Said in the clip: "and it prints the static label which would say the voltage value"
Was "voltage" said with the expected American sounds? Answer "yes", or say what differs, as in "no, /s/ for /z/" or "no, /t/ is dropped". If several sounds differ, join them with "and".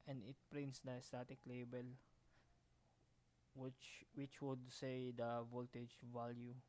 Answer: yes